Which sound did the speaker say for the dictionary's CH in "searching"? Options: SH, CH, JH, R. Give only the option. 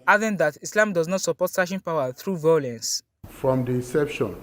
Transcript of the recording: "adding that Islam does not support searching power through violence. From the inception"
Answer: SH